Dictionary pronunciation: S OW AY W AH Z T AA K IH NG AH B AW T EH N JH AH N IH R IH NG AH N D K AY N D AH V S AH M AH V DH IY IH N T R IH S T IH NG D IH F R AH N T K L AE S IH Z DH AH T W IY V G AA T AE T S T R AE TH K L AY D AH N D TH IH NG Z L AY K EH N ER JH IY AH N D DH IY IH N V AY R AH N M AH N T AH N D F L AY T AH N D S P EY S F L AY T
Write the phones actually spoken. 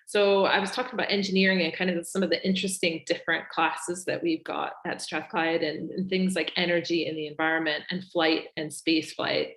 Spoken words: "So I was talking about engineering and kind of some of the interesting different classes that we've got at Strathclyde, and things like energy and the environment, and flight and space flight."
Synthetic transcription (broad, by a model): S OW AY W AH Z T AA K IH NG AH B AW T EH N JH AH N IH R IH NG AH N K AY N D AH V S AH M AH V DH IY IH N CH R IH S T IH NG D IH F R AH N K L AE S IH Z DH AH T W IY V G AA T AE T S T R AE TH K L AY D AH N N TH IH NG Z L AY K EH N ER JH IY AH N DH IY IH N V AY R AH N M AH N T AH N F L AY T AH N S P EY S F L AY T